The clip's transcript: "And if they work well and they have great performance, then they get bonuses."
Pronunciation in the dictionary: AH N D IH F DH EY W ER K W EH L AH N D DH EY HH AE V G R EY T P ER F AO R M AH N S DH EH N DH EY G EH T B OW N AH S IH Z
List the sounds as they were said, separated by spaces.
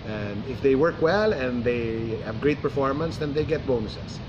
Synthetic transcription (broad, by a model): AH N D IH F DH EY W ER K W EH L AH N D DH EY HH AE V G R EY T P ER F AO R M AH N S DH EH N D EY G EH T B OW N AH S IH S